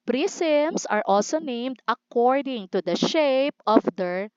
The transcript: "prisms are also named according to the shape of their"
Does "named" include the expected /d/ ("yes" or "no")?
yes